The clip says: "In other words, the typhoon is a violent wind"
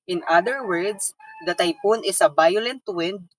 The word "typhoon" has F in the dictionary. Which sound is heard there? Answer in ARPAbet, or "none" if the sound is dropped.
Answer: P